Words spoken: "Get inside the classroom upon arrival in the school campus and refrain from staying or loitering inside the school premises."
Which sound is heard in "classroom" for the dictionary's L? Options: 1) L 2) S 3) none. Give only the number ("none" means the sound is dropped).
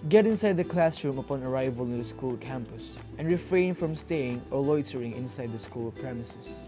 1